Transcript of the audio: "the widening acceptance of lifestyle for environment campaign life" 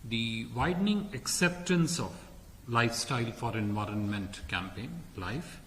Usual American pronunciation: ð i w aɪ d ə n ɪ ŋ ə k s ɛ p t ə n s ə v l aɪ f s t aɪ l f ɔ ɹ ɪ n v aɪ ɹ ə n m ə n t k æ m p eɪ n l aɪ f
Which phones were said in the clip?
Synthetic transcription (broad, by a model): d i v aɪ d n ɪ ŋ ə k s ɛ p t ə n s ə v l aɪ f s t aɪ l f ɔ ɹ ɪ n v aɪ ɹ ə n m ə n t k æ m p eɪ n l aɪ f